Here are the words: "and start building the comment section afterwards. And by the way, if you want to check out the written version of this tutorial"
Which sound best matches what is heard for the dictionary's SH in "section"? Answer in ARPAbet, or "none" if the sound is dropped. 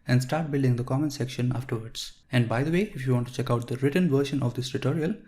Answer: SH